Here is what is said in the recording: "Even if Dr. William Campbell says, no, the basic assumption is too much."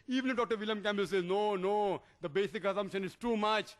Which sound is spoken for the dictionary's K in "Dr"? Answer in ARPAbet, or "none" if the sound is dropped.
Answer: K